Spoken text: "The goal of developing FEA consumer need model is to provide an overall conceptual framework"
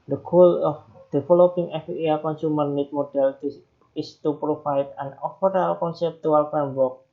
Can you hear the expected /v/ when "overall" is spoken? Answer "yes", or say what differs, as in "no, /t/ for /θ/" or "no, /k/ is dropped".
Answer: no, /f/ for /v/